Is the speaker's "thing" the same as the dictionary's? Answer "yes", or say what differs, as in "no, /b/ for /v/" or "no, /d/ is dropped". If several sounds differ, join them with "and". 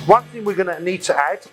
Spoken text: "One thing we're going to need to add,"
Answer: yes